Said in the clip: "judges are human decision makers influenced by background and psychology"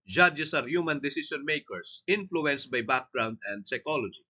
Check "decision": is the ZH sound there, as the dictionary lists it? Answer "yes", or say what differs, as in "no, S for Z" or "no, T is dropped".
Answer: no, S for ZH